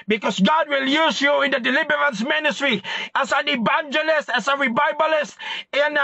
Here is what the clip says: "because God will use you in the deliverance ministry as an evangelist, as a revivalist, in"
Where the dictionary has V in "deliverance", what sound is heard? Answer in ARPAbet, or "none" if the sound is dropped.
B